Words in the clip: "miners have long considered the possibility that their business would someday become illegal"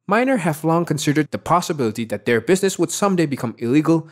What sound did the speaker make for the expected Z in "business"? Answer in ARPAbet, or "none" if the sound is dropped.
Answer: Z